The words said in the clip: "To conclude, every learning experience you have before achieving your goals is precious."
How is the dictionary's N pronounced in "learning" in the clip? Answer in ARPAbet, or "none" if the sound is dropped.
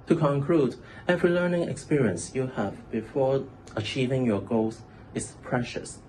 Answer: N